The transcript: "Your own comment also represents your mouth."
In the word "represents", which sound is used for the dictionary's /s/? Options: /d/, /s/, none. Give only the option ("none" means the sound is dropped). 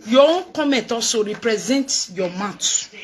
none